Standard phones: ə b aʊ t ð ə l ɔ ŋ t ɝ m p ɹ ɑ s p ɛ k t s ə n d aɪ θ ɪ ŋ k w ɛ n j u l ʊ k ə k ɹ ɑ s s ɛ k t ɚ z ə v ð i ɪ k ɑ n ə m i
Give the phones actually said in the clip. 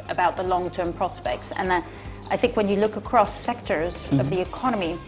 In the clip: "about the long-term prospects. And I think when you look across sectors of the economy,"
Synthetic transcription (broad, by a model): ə b aʊ t ð ə l ɔ ŋ t ɝ m p ɹ ɑ s p ɛ k t s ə n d aɪ θ ɪ ŋ k w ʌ n j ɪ l ʊ k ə k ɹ ɑ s s ɛ k t ɚ z ə v ð i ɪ k ɑ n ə m i